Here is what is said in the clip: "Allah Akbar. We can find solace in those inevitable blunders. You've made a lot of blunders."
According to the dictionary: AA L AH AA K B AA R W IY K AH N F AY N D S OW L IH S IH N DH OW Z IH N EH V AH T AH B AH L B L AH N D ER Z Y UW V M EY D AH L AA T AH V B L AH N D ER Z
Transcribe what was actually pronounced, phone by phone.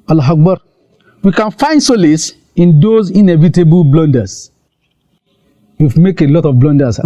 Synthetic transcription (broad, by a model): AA L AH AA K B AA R W IY K AH N F AY N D S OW L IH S IH N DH OW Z IH N EH V AH T AH B AH L B L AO N D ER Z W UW F M EY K AH L AA T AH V B L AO N D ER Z